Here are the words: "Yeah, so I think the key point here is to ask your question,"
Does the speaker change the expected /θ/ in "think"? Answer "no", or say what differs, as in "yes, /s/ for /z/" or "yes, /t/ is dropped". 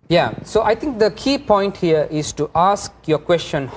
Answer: yes, /t/ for /θ/